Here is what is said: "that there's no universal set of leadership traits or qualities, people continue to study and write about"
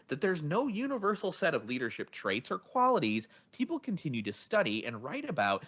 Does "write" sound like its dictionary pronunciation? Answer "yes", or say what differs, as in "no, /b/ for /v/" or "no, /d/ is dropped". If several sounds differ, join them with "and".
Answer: yes